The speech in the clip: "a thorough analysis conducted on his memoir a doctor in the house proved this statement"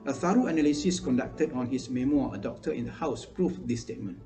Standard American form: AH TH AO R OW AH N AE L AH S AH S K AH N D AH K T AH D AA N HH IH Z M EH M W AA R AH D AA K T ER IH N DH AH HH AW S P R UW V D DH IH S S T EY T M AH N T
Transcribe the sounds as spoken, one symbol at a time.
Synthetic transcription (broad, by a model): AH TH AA R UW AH N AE L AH S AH S K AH N D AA K T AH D AA N HH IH S M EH M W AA AH D AA K T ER IH N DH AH HH AW S P R UW F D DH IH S S T EY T M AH N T